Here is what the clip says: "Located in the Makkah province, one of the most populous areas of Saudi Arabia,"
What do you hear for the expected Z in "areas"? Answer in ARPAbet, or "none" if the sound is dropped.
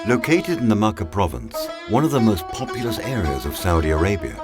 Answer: Z